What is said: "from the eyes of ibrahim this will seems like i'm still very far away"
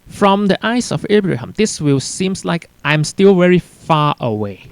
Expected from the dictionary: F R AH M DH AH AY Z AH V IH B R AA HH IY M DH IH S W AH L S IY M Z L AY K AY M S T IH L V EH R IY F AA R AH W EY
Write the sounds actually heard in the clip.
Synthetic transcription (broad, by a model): F R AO M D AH AY S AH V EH B R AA HH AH M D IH S W AH L S IY M S L AY K AY M S T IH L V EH R IY F AA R AH W EY